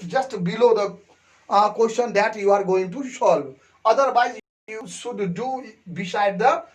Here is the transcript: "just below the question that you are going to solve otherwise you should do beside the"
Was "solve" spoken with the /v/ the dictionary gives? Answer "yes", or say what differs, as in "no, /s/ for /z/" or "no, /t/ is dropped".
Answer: no, /v/ is dropped